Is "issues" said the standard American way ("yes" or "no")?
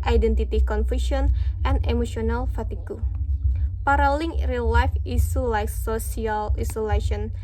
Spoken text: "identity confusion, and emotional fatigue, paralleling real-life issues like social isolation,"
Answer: no